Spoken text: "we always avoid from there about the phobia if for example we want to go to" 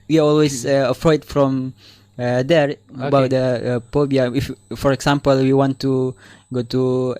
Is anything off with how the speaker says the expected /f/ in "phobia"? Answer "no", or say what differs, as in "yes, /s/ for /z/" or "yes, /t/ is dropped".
yes, /p/ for /f/